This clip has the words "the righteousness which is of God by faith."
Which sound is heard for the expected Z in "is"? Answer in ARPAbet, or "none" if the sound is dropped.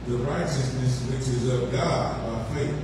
Z